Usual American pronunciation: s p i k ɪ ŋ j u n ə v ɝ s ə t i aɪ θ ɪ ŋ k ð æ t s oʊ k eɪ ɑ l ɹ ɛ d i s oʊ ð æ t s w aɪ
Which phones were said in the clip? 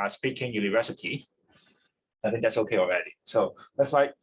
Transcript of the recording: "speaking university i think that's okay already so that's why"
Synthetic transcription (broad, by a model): s p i k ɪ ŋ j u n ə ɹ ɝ s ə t i aɪ θ ɪ ŋ k ð æ t s oʊ k eɪ ɑ l ɹ ɛ d i s oʊ ð æ t s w aɪ